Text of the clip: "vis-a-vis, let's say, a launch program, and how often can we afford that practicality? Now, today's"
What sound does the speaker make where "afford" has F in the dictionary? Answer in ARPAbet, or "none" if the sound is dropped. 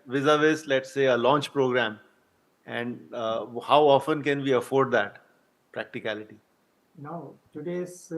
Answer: F